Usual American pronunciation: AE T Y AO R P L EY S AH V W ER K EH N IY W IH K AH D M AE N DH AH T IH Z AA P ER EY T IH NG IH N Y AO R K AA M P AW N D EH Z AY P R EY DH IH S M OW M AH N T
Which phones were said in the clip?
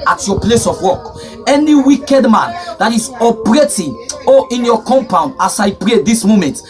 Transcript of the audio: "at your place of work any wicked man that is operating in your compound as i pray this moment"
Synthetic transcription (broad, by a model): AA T Y AO P L EY S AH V W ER K EH N IY W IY K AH D M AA N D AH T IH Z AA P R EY T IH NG IH N Y AO K AA M P AW N D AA S AY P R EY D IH S M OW M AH N T